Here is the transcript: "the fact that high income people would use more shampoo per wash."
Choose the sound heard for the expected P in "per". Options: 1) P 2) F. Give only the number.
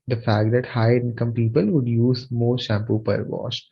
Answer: 1